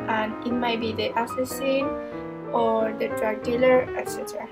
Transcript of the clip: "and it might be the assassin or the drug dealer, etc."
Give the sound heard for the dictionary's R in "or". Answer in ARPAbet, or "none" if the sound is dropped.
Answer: R